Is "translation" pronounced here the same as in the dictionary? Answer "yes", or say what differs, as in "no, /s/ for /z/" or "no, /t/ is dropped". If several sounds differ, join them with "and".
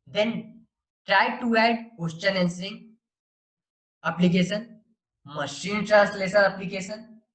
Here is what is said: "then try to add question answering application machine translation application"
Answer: no, /s/ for /ʃ/